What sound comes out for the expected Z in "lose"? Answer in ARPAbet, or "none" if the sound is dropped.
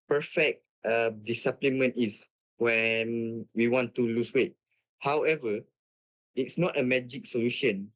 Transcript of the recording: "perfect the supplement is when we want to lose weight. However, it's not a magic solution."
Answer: S